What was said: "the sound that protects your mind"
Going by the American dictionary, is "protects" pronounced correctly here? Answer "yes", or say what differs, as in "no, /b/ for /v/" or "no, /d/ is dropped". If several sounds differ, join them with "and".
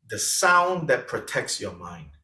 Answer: yes